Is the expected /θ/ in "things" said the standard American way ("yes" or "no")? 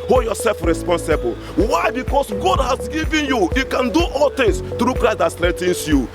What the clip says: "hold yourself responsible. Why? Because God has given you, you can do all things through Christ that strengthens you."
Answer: no